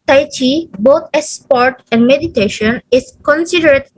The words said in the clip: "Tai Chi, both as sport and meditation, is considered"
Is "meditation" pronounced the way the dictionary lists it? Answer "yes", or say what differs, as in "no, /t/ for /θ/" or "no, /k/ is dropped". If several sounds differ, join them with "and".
yes